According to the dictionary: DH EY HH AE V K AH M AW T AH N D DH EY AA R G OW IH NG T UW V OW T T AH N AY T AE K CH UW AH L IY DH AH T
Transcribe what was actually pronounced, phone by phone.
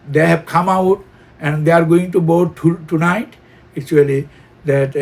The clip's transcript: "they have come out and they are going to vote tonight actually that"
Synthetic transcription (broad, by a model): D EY HH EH B K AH M AW T AH N D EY AA R G OW IH NG T UW B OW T T AH N AY T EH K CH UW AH L IY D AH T